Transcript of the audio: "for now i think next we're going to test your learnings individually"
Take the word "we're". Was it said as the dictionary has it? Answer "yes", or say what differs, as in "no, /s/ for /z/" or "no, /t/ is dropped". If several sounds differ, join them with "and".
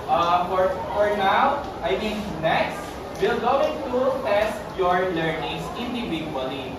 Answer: no, /l/ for /ɹ/